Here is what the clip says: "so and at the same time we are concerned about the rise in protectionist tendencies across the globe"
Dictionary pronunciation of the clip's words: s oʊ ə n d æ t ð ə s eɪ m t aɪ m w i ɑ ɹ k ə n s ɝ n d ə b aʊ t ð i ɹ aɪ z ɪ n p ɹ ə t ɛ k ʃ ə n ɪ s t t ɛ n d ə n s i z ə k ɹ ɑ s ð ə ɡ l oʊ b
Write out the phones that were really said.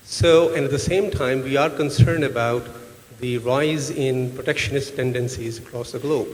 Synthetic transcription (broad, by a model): s oʊ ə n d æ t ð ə s eɪ m t aɪ m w i ɑ ɹ k ə n s ɝ n d ə b aʊ t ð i ɹ aɪ z ɪ n p ɹ ə t ɛ k ʃ ə n ɪ s t t ɛ n d ə n s i z ə k ɹ ɑ s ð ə ɡ l oʊ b